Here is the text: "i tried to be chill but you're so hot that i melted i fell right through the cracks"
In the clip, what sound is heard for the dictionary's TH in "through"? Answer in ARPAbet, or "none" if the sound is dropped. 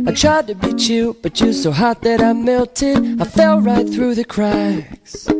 TH